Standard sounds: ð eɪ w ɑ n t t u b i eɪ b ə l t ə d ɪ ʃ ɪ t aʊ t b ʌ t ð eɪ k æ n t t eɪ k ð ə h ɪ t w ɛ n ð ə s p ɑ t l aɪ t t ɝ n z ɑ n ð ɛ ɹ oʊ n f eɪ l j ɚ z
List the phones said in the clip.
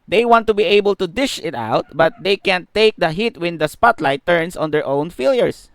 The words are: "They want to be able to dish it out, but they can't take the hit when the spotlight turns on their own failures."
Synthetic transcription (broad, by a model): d eɪ w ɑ n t t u b i eɪ b ə l t ə d ɪ ʃ ɪ t aʊ t b ʌ t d eɪ k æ n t t eɪ k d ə h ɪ t w ɛ n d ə s p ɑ t l aɪ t t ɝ n s ɑ n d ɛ ɹ oʊ n f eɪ l j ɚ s